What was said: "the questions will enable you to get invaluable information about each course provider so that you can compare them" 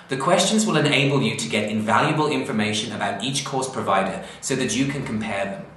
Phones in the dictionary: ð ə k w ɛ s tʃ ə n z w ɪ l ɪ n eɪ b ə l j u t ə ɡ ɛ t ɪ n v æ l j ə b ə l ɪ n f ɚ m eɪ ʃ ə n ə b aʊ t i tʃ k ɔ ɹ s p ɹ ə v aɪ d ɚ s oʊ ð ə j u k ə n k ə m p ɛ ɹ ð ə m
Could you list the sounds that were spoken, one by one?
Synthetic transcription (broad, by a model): ð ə k w ɛ s tʃ ə n z w ɪ l ɪ n eɪ b ə l j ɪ t ə ɡ ɛ t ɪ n v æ l j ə b ə l ɪ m f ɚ m eɪ ʃ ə n ə b aʊ t i tʃ k ɔ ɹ s p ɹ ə v aɪ d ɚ s oʊ ð ə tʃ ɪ k ə n k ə m p ɛ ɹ ð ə m